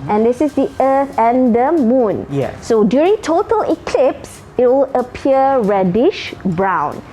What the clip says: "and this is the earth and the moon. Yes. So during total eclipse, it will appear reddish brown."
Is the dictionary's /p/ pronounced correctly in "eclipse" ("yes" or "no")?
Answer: yes